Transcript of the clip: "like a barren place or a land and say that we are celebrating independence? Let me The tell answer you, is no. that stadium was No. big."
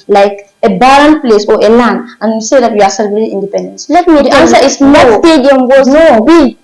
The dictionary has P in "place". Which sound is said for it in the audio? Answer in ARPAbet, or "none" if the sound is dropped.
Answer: P